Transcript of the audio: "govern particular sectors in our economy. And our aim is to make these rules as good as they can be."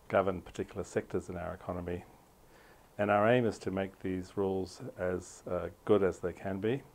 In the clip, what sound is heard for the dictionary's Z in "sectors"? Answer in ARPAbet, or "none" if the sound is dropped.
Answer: Z